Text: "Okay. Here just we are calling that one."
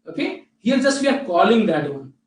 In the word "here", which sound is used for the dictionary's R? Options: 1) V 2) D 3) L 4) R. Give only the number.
3